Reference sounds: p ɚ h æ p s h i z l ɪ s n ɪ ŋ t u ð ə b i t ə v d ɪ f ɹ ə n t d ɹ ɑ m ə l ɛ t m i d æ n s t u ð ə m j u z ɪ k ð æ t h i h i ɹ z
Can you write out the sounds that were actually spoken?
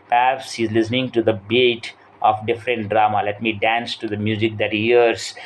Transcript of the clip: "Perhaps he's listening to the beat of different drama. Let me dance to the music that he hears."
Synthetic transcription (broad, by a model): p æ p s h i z l ɪ s n ɪ ŋ t u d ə b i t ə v d ɪ f ɹ ə n t d ɹ ɑ m ə l ɛ t m i d æ n s t u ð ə m j u z ɪ k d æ t h i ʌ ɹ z